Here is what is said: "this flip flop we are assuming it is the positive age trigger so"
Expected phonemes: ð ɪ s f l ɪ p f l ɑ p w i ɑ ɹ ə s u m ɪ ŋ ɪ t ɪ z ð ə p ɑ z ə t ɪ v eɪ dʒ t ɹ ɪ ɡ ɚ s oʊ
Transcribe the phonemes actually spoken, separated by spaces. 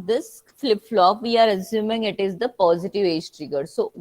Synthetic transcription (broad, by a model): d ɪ s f l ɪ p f l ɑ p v i ɑ ɹ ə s u m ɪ ŋ ɪ t ɪ z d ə p ɑ z ə t ɪ v eɪ dʒ t ɹ ɪ ɡ ɚ s oʊ